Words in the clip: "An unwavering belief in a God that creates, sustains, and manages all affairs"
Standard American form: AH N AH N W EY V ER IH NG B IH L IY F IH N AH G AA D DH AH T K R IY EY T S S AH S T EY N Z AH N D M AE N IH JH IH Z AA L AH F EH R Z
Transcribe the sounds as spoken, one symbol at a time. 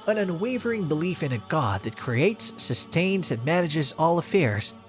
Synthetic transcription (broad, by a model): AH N AH N W EY V ER IH NG B IH L IY F IH N AH G AA D DH AH T K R IY EY T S S AH S T EY N Z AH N M AE N IH JH IH Z AA L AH F EH R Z